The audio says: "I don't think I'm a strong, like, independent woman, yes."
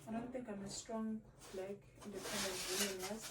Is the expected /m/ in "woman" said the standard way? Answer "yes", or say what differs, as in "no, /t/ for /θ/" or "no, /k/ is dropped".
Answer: no, /m/ is dropped